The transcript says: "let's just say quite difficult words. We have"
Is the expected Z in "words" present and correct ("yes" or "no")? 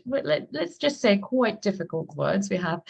yes